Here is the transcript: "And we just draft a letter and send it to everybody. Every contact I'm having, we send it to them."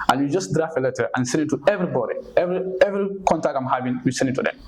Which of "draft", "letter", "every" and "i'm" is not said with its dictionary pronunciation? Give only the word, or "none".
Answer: draft